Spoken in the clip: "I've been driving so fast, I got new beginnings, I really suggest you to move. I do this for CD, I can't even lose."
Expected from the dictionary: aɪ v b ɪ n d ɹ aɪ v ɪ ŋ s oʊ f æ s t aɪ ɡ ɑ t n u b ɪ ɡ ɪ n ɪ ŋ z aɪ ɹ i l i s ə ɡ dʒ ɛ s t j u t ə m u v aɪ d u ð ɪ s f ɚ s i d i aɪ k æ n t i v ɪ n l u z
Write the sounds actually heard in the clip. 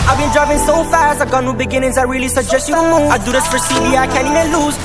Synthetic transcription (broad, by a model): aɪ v b ɪ n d ɹ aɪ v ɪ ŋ s oʊ f æ s t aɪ ɡ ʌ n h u b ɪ ɡ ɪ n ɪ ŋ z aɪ ɹ i l i s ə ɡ dʒ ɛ s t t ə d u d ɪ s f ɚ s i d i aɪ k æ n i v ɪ l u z